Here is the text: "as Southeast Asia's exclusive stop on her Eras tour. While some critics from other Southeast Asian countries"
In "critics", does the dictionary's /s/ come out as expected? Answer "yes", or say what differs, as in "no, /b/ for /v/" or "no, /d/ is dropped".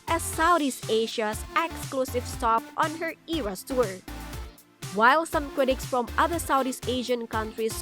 yes